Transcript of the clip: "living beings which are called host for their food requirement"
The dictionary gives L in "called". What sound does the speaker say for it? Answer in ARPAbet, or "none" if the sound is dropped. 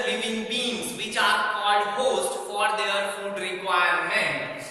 none